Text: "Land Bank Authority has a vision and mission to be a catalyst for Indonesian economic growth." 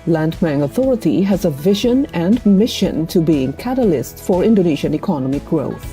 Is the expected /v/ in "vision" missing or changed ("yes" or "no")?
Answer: no